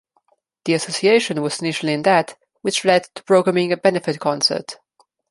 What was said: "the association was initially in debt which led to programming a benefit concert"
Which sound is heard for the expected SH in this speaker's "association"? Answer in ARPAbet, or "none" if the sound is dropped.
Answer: SH